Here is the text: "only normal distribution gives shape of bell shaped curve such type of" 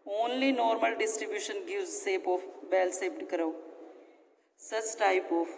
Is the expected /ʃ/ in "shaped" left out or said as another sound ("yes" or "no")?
yes